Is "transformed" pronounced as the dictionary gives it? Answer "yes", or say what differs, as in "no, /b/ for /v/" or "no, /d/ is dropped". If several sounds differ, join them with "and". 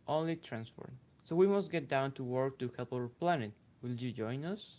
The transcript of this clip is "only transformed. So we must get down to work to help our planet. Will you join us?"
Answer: no, /m/ is dropped